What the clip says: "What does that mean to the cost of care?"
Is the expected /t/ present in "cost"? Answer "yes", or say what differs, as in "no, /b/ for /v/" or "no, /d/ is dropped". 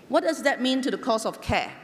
no, /t/ is dropped